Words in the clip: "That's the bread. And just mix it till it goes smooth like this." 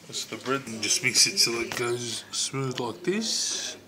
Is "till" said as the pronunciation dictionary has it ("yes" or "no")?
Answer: no